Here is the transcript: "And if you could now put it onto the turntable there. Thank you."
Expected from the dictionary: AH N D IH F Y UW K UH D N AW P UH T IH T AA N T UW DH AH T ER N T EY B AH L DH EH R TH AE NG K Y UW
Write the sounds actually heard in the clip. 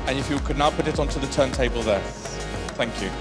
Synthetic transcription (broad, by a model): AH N IH F Y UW K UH D N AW P UH T IH T AA N T UW DH AH T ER N T EY B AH L DH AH TH AE NG K Y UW